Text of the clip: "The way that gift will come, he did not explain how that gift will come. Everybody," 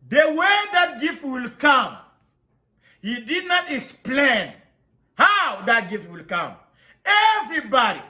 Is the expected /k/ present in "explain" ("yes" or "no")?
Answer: yes